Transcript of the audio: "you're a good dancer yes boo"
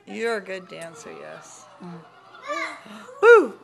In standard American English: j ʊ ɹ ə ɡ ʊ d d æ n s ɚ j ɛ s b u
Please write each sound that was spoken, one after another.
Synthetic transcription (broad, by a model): j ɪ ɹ ə ɡ ʊ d d æ n s ɚ j ɛ s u